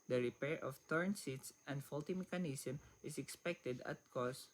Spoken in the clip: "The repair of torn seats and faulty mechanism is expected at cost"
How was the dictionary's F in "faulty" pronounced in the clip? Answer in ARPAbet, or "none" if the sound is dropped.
F